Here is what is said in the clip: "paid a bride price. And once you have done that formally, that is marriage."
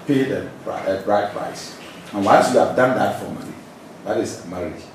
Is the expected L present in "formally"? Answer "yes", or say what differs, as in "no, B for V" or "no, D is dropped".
no, N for L